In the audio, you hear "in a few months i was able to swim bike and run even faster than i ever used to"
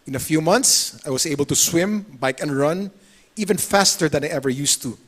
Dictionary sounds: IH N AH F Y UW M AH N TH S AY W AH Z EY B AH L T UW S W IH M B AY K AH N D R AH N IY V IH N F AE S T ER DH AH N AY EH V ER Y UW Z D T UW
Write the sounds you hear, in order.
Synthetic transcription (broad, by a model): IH N AH F Y UW M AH N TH S AY W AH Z EY B AH L T UW S W IH M B AY K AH N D R AH N IY V IH N F AE S T ER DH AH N AY EH V ER Y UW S T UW